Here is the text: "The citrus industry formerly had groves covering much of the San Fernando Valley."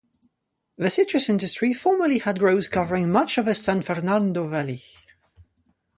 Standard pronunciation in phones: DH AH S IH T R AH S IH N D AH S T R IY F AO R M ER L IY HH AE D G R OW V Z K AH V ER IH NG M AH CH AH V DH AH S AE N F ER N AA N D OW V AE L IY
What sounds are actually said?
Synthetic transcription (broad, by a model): DH AH S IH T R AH S IH N D AH S T R IY F AO R M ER L IY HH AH D G R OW Z K AH V ER IH NG M AH CH AH V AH S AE N F ER N AA N D OW V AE L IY